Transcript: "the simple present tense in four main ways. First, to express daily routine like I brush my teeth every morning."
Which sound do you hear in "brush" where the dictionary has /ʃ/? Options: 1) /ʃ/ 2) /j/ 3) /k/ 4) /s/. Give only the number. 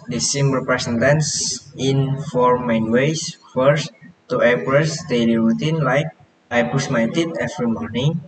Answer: 4